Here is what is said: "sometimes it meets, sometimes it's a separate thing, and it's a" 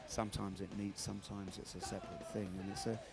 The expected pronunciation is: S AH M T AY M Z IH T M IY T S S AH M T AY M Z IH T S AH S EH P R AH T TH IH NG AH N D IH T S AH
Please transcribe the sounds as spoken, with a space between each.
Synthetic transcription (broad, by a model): S AH M T AY M Z IH T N IY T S S AH M T AY M Z IH T S AH S EH P R AH T TH IH NG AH N IH T S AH